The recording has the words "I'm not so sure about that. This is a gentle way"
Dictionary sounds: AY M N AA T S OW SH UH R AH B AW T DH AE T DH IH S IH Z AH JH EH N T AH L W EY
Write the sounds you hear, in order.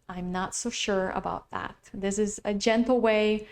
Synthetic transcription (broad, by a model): AY M N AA T S OW SH UH R AH B AW T DH AE T DH IH S IH Z AH JH EH N T L W EY